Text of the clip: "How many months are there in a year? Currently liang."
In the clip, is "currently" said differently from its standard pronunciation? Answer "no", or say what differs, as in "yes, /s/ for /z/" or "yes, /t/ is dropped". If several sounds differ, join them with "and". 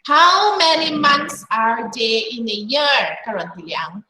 yes, /l/ is dropped